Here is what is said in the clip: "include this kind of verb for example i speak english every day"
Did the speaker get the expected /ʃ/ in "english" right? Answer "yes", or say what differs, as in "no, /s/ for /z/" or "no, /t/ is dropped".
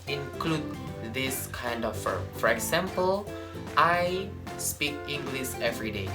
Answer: no, /s/ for /ʃ/